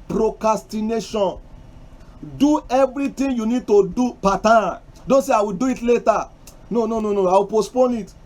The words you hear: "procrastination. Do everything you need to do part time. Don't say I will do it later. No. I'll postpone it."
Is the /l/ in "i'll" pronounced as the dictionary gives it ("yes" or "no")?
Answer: no